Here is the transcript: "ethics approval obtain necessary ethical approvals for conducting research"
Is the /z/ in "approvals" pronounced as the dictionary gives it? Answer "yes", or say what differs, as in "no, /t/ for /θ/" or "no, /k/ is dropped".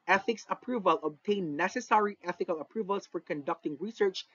no, /s/ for /z/